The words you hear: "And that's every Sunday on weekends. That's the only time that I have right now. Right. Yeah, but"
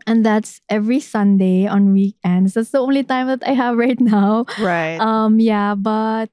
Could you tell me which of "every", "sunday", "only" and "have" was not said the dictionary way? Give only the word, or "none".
none